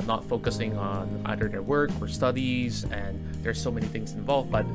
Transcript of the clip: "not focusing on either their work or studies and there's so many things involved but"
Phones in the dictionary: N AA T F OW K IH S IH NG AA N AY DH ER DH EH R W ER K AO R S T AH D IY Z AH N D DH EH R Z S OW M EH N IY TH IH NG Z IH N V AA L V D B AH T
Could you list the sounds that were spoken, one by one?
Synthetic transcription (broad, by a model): N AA T F OW K IH S IH NG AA N AY DH ER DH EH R W ER K AO R S T AH D IY Z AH N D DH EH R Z S OW M EH N IY TH IH NG Z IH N V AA L V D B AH T